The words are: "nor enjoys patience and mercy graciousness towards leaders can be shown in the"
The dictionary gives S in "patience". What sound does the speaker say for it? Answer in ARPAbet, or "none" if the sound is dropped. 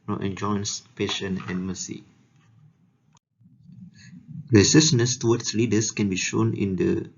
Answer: none